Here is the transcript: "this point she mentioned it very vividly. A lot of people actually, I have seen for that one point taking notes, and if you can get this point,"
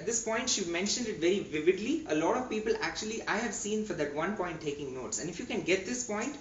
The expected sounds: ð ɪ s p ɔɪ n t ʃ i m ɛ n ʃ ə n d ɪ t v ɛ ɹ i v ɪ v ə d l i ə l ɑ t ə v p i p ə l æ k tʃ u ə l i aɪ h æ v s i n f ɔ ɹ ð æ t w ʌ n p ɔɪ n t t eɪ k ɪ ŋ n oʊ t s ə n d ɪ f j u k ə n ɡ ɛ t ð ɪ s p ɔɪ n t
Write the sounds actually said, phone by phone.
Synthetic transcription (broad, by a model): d ɪ s p ɔɪ n t ʃ i m ɛ n ʃ ə n d ɪ t v ɛ ɹ i v ɪ v ə d l i ə l ɑ t ə v p i p ə l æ k tʃ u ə l i aɪ h æ v s i n f ɔ ɹ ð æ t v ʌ n p ɔɪ n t t eɪ k ɪ ŋ n oʊ t s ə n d ɪ f j u k ə n ɡ ɛ t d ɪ s p ɔɪ n t